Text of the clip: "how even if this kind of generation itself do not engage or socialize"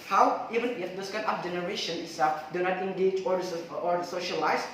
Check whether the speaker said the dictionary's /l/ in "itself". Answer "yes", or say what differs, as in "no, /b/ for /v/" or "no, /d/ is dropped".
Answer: no, /l/ is dropped